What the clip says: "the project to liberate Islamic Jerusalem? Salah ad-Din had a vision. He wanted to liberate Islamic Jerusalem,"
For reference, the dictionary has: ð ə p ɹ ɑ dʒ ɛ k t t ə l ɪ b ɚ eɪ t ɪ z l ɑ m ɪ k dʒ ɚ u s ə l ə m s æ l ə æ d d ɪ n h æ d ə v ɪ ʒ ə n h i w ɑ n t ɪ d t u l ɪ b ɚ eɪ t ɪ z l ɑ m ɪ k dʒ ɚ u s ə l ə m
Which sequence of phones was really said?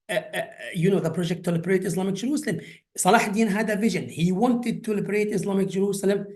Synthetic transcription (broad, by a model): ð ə p ɹ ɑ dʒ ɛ k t t ə l ɪ b ɚ eɪ t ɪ s l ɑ m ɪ k dʒ ɚ u s ə l ə m s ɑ l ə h d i n h æ d ə v ɪ ʒ ə n h i w ɑ n t ɪ d t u l ɪ b ɚ eɪ t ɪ s l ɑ m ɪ k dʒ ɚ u s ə l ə m